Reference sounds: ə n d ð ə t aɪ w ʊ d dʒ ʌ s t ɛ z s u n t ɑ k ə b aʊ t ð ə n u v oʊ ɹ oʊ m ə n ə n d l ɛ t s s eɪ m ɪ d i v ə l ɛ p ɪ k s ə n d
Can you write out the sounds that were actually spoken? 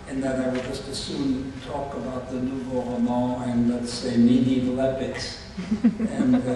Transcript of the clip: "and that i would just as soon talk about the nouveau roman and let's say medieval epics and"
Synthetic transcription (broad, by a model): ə n ð ə t aɪ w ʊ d dʒ ʌ s t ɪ s u n t ɑ k ə b aʊ t ð ə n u b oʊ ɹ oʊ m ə ə n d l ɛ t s s eɪ ɪ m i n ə l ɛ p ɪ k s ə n